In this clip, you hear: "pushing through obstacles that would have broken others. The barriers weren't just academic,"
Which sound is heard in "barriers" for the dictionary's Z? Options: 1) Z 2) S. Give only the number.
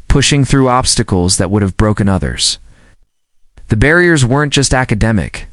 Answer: 1